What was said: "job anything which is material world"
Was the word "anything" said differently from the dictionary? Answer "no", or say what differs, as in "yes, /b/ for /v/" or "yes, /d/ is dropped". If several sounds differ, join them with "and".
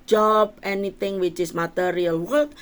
yes, /t/ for /θ/